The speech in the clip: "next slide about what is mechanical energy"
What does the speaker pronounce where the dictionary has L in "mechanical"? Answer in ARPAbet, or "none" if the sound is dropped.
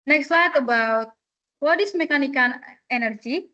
N